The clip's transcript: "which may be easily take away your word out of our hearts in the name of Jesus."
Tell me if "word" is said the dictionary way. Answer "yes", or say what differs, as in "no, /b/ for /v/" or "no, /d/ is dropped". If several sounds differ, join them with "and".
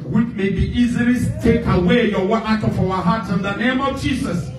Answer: no, /d/ is dropped